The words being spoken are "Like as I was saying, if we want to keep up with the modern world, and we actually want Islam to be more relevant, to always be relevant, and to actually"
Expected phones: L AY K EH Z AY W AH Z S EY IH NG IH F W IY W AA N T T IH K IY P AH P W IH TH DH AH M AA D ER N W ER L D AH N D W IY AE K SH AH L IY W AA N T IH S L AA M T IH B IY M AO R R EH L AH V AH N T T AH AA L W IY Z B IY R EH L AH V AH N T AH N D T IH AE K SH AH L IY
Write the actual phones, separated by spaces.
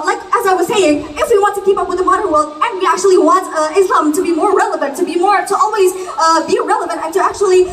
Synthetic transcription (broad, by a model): L AY K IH Z AY W AH Z S EY IH NG IH F W IY W AA N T T IH K IY P AH P W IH DH AH M AA D ER N W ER L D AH N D W IY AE K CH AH L IY W AA N T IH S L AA M T IH B IY M AO R R EH L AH V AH N T T AH AA L W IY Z B IY R EH L AH V AH N T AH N T IH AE K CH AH L IY